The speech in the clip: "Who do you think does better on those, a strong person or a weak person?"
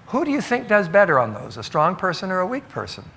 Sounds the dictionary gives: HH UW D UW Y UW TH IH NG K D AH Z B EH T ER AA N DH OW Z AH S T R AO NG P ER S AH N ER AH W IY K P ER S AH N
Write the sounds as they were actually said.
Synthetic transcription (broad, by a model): HH UW D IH Y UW TH IH NG K D AH Z B EH T ER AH N DH OW Z AH S T R AO NG P ER S AH N ER AH W IY K P ER S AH N